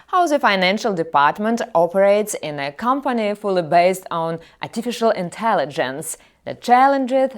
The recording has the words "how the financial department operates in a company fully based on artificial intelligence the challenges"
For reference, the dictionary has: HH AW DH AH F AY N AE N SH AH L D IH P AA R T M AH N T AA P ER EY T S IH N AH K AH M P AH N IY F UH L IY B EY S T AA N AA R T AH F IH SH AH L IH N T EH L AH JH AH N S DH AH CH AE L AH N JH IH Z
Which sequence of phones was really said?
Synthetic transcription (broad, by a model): HH AW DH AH F AY N AE N SH AH L D IH P AA R T M AH N T AA P ER EY T S IH N AH K AH M P AH N IY F UH L IY B EY S T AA N AA R T AH F IH SH AH L IH N T EH L AH JH AH N S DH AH CH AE L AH N JH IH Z